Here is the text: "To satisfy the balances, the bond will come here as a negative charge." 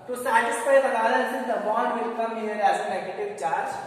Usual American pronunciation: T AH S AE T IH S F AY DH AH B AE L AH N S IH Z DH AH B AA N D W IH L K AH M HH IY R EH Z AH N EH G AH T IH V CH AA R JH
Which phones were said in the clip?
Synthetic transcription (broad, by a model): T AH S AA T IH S P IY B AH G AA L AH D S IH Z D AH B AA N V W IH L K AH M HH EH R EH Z AH N EH G AH T IH V CH AA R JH